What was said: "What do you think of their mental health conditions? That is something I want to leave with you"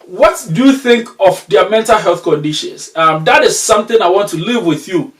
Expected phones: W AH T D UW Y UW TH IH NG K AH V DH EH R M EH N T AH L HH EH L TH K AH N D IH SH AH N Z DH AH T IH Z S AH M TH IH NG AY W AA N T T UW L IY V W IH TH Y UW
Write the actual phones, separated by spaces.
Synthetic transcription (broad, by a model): W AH T D UW Y UW TH IH NG K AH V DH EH M EH N T AH L HH EH L TH K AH N D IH SH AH N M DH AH T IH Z S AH M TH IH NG AY W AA N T T UW L IY V W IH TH Y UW